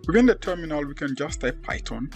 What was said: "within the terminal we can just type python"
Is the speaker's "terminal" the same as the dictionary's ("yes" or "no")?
yes